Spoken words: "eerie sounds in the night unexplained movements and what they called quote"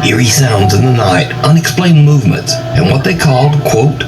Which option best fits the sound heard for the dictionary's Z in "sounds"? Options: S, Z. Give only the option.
Z